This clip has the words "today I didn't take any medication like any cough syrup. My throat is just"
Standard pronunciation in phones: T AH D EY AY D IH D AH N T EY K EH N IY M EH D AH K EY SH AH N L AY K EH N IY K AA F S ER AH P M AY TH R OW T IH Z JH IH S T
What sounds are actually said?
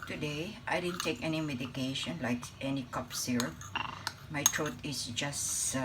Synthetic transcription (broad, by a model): T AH D EY AY D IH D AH N T EY K EH N IY M EH D AH K EY SH AH N L AY K EH N IY K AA P S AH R M AY T R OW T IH S JH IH S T